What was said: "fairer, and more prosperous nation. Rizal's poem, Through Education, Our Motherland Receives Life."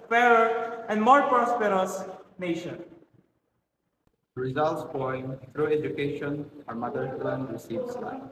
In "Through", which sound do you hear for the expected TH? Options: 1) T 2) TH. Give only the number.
1